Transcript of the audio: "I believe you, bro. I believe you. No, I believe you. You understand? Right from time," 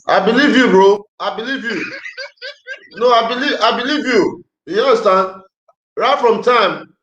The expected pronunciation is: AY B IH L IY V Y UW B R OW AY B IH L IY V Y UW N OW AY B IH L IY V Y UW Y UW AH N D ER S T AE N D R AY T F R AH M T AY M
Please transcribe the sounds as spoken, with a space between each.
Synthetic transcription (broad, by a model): AY B IH L IY V Y UW B R OW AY B IH L IY V Y UW N OW AY B IH L IY V Y UW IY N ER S T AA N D R AY T F R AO M T AY M